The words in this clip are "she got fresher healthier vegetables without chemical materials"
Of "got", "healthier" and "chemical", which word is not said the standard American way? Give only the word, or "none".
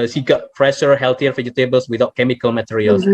healthier